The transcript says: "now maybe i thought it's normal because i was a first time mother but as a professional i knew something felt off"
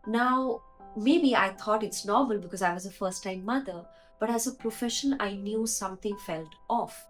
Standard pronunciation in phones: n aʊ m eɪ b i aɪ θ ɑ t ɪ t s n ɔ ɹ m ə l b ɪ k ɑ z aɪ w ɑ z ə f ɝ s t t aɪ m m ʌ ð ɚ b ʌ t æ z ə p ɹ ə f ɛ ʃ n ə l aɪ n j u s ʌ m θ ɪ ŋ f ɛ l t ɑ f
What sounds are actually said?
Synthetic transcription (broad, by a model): n aʊ m eɪ b i aɪ t ɑ t ɪ t s n ɔ ɹ m ə l b ɪ k ɑ z aɪ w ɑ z ə f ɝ s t t aɪ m m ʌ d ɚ b ʌ t æ z ə p ɹ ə f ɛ ʃ ə n aɪ n j u s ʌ m t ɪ ŋ f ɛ l t ɑ f